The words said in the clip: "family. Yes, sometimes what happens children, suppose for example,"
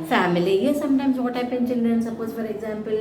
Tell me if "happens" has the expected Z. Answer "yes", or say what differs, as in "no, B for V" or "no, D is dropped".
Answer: no, Z is dropped